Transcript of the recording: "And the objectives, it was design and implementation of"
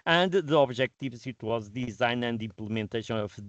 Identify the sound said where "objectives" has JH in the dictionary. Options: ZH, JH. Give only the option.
ZH